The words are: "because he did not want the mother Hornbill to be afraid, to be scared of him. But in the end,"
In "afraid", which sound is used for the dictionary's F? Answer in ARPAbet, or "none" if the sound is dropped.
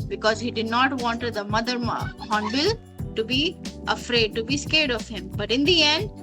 F